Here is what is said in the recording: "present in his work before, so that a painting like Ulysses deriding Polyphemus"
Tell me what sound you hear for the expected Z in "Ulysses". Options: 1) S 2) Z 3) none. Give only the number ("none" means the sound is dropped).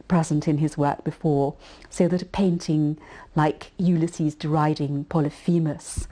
2